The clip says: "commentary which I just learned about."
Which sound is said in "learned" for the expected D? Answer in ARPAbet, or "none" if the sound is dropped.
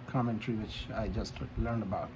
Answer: D